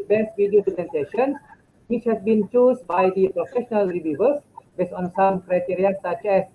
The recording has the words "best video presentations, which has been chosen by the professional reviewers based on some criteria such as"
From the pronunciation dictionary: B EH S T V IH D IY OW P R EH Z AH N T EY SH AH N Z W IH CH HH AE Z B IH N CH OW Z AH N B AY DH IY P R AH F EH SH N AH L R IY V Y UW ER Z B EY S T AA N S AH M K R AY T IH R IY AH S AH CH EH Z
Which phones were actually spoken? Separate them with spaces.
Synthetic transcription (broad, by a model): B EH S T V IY D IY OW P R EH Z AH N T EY SH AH N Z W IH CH HH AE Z B IH N CH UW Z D B AY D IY P R AH F EH SH N AH L R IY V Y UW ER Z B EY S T AA N S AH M K R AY T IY R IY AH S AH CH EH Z